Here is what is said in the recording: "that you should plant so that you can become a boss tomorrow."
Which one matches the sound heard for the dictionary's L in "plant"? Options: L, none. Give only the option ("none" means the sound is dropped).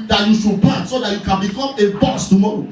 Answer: none